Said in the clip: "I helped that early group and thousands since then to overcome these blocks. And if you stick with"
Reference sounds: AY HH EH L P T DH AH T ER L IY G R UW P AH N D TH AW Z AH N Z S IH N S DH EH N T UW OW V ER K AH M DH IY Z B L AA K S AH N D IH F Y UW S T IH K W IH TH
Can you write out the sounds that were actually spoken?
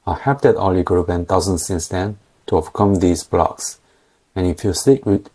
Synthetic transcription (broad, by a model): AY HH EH P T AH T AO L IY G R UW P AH N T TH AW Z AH N S IH N S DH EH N T UW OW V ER K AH M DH IY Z B L AA K S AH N IH F Y UW S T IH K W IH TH